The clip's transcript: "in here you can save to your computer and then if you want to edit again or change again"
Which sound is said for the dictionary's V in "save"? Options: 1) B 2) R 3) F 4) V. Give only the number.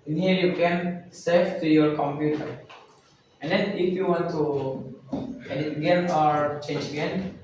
3